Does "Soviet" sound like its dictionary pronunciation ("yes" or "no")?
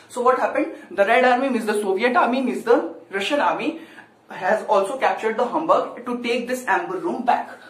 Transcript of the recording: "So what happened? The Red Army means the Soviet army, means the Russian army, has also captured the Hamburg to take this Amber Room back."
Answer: yes